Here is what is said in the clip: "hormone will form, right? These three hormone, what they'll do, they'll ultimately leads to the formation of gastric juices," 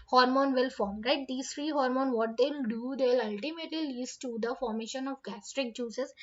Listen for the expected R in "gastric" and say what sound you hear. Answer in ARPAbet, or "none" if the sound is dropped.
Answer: R